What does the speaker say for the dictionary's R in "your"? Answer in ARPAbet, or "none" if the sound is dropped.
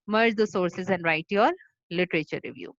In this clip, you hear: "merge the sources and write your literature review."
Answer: L